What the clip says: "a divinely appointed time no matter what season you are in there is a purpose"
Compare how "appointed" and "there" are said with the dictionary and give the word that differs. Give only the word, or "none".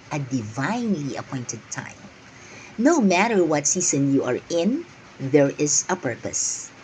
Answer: none